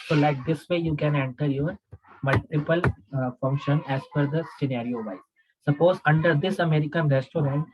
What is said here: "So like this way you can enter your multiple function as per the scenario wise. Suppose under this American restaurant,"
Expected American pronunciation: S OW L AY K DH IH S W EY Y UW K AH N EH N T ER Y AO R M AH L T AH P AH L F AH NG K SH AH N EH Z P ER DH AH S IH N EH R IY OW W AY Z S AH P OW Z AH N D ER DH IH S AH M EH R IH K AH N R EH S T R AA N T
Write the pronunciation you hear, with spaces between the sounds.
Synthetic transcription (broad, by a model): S OW L AY K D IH S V EY Y UW K AH N EH N T ER Y AO R M AH L T AH P AH L F AH NG K SH AH N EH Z F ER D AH S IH N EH R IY OW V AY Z S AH P OW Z AH N D ER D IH S AH M EH R IH K AH N R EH S T R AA N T